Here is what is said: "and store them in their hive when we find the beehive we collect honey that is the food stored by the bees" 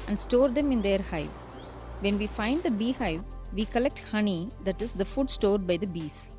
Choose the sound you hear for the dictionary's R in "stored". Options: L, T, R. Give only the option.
R